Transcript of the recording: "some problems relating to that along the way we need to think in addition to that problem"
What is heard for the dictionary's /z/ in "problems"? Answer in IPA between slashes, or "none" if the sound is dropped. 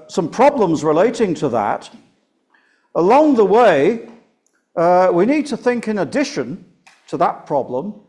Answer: /z/